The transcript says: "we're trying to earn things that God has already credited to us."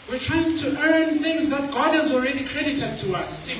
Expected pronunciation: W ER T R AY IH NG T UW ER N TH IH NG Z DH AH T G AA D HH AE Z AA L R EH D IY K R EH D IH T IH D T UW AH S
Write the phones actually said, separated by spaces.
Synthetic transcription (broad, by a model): W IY T R AY IH NG T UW ER N TH IH NG Z DH AH T G AA D HH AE Z AA L R EH D IY K R EH D IH T IH D T UW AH S